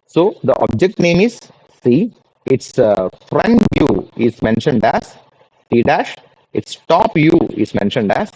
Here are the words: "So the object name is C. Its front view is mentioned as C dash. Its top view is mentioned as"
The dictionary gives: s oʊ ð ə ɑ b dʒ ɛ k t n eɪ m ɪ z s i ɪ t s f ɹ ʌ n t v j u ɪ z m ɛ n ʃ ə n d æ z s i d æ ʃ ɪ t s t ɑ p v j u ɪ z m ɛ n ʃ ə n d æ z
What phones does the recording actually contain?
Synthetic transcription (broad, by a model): s oʊ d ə ɑ b dʒ ɛ k t n eɪ m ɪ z s i ɪ t s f ɹ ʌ n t j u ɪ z m ɛ n ʃ ə n d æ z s i d æ ʃ ɪ t s t ɑ p j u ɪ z m ɛ n ʃ ə n d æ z